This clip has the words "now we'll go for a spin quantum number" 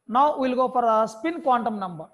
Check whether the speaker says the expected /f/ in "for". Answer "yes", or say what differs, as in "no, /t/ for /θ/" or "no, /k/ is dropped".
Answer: no, /p/ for /f/